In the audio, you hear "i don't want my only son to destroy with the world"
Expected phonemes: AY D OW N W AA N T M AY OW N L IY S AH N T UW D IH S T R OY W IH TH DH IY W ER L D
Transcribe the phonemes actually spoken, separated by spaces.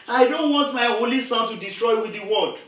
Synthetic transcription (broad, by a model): AY D OW N W AA N T M AY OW L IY S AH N T UW D IH S T R OY W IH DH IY W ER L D